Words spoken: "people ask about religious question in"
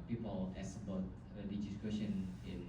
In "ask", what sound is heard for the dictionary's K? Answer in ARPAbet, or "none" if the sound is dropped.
none